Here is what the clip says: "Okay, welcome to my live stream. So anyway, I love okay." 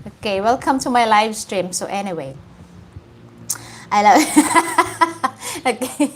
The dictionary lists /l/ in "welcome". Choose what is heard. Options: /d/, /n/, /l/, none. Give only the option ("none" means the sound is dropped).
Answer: /l/